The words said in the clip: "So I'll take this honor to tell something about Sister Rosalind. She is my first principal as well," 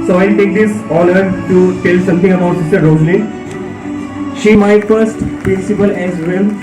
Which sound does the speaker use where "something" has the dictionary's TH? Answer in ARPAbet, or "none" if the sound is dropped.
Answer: T